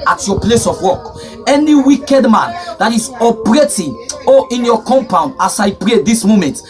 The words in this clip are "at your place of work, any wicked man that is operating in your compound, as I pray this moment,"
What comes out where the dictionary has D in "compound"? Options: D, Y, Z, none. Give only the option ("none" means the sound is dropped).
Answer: D